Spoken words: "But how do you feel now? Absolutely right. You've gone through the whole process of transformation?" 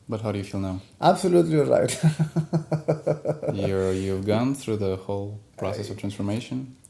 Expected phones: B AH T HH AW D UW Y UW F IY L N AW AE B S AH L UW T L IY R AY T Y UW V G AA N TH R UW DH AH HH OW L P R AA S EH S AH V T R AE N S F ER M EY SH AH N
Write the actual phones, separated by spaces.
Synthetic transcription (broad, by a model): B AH T HH AW D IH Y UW F IY L N AW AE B S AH L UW T L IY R AY T Y UW V G AA N TH R UW DH AH HH OW L P R AA S EH S AH V T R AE N S F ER M EY SH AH N